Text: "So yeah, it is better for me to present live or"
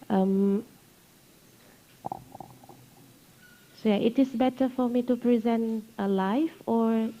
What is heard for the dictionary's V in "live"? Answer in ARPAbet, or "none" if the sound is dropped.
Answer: F